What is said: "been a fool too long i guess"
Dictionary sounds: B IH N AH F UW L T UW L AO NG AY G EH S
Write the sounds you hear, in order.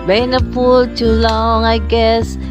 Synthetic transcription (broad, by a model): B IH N AH P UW L T UW L AO NG AY G EH S